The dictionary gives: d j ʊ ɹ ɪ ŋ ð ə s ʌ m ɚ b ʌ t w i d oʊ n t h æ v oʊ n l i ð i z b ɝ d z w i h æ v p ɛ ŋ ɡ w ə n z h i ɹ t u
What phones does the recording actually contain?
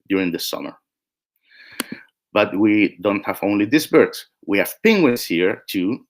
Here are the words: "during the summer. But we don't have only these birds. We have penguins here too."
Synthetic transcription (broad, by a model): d j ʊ ɹ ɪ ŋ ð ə s ʌ m ɚ b ʌ t w i d oʊ n t h æ v oʊ n l i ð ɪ s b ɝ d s w i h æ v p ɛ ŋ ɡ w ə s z h i ɹ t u